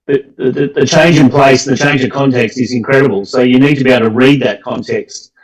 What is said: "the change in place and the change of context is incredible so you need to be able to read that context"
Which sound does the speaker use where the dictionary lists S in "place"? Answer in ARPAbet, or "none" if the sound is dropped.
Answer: none